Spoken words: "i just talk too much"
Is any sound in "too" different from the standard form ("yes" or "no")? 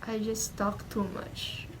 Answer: no